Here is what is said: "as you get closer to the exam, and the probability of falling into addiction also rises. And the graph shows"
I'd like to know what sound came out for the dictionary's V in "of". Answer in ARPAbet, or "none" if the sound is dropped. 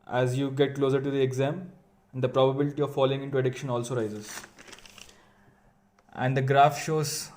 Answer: V